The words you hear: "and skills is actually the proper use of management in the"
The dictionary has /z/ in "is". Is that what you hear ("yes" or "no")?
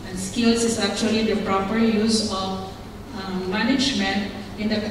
no